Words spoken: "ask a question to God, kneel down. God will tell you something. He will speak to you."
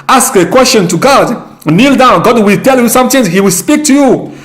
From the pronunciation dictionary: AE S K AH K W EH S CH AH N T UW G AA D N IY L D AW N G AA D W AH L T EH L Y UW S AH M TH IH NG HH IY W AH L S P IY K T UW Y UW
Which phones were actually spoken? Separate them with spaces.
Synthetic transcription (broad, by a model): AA S K AH K W EH S CH AH N T UW G AA D N IY L D AW N G AA D W AH L T EH L Y UW S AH M T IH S HH IY W AH L S P IY K T UW Y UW